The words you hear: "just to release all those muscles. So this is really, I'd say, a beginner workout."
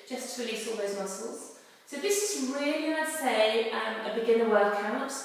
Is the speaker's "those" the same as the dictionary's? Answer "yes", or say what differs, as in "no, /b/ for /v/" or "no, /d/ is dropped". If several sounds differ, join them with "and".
yes